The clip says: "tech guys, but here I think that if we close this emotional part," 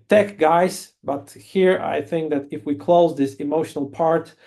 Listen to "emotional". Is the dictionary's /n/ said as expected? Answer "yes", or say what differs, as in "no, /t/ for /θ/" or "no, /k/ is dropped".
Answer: yes